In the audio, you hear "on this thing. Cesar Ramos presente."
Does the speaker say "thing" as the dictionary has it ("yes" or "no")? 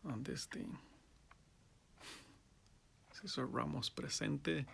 no